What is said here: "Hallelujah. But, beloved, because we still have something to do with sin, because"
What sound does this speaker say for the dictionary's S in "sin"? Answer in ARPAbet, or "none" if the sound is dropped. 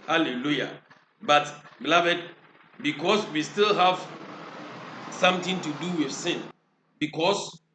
S